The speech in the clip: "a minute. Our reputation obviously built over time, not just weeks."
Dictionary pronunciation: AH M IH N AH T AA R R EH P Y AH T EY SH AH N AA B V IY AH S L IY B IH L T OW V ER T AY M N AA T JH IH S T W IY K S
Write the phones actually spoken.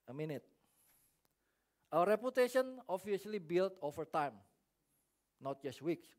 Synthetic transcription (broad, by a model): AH M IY N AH T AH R R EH P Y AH T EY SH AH N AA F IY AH L IY B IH L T OW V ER T AY M N AA T JH IH S T W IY K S